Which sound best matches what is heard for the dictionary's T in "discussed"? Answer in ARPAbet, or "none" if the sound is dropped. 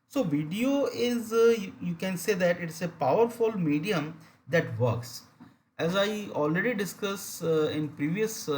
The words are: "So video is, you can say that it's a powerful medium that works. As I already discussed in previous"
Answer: none